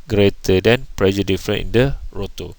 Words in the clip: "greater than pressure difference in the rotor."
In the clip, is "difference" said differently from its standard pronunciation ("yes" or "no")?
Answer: yes